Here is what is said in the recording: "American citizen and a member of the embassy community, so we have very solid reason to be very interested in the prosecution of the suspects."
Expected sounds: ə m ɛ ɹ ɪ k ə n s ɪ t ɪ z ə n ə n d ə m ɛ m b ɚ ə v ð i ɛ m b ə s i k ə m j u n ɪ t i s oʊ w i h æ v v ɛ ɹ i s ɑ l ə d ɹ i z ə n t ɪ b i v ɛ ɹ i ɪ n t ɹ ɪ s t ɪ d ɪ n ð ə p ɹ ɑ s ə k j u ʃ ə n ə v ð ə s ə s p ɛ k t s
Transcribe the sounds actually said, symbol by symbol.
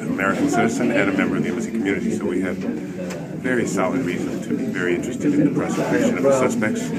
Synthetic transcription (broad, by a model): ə m ɛ ɹ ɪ k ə n s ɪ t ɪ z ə n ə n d ə m ɛ m b ɚ ə v ð i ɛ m ə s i k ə m j u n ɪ t i s oʊ w i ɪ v v ɛ ɹ i s ɑ l ə d ɹ i z ə n t ɪ b i v ɛ ɹ i ɪ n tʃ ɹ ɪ s t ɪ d ɪ n ð ə p ɹ ɑ s ə k j u ʃ ə n ə v ð ə s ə s p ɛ k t s